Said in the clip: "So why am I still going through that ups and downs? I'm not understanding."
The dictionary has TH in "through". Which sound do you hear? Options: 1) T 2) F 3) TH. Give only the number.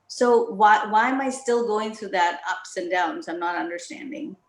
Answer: 3